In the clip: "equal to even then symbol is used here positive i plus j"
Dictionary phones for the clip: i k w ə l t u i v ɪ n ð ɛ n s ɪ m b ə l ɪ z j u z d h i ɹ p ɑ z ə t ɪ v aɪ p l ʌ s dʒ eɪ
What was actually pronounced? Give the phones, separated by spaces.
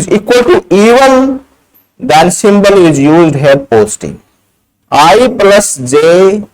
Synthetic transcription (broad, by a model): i k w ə l t u i v ɪ n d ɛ n s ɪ m b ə l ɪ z j u z d h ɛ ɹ p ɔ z t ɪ aɪ p l ʌ s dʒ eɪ